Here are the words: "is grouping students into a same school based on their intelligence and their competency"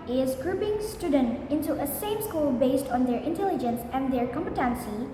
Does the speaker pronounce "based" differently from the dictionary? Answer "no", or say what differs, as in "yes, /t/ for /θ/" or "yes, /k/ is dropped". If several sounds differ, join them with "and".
no